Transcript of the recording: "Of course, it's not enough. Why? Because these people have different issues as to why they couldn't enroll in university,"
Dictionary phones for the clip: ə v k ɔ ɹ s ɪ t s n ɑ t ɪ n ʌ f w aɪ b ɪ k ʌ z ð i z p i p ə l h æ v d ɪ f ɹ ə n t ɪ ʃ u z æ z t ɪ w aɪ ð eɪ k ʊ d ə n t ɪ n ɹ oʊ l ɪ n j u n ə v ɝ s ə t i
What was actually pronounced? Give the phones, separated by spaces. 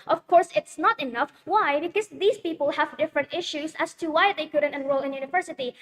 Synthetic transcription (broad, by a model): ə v k ɔ ɹ s ɪ t s n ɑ t ɪ n ʌ f w aɪ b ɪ k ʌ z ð i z p i p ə l h æ v d ɪ f ɹ ə n t ɪ ʃ u z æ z t ɪ w aɪ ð eɪ k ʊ d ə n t ɪ n ɹ oʊ l ɪ n j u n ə v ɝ s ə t i